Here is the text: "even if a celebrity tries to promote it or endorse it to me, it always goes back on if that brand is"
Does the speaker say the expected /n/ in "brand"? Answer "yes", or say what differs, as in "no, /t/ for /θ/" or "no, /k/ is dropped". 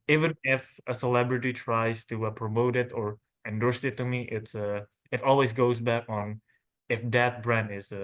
yes